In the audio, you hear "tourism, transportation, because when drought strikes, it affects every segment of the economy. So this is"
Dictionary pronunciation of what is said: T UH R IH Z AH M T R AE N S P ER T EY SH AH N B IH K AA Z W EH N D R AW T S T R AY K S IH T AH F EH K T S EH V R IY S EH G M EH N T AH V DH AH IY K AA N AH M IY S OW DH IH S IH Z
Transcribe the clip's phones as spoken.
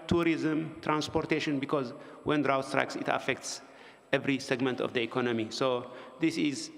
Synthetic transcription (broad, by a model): T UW R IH Z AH M T R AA N S P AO T EY SH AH N B IH K AA Z W EH N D R AW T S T R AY K S IH T AH F EH K T S EH V R IY S EH G M EH N T AH V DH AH IY K AA N AH M IY S OW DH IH S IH Z